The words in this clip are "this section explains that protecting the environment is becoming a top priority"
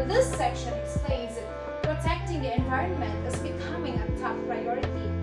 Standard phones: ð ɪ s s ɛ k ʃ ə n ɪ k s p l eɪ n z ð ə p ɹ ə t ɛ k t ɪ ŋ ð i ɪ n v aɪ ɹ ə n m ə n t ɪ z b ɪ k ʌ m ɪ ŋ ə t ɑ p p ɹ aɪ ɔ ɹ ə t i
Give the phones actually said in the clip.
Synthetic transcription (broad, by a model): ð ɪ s s ɛ k ʃ ə n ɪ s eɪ z p ɹ ə t ɛ k t ɪ ŋ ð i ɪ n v aɪ ɹ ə n m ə n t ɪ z b ɪ k ʌ m ɪ ŋ ə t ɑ f p ɹ aɪ ɔ ɹ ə t i